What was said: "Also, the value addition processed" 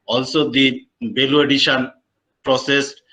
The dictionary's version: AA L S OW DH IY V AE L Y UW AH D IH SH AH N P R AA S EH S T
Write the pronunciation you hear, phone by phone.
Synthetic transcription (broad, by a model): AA L S OW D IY B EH L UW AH D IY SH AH N P R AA S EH S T